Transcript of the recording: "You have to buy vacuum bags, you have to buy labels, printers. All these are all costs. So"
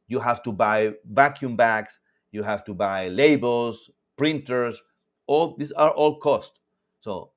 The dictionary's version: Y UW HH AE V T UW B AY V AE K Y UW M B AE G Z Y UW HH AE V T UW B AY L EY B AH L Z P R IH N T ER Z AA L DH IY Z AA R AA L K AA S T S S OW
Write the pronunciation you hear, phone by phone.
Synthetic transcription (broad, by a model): Y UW HH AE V T UW B AY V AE K Y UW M B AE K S Y UW HH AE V T UW B AY L EY B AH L S P R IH N T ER S AA L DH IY S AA R AA L K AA S T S S OW